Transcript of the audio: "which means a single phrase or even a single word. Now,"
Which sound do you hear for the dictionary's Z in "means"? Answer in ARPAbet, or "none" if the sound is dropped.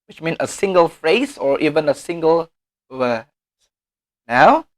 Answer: none